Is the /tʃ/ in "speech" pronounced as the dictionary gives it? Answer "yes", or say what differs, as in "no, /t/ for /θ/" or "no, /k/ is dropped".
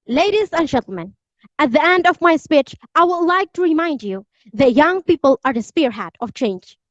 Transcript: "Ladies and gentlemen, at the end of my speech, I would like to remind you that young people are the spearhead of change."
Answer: yes